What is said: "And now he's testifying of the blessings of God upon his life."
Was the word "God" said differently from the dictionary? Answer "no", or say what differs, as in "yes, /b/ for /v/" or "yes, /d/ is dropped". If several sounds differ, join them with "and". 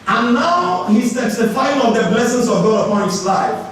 no